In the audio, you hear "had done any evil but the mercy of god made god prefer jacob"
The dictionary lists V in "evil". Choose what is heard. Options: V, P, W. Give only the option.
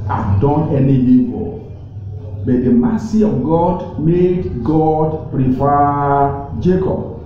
P